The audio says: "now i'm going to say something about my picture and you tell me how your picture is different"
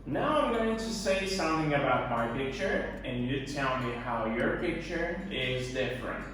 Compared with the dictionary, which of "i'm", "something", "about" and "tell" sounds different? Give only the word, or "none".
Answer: none